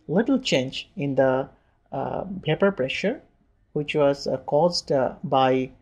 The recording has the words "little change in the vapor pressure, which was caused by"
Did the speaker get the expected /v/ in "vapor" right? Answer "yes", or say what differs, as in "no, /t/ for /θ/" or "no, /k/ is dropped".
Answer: no, /p/ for /v/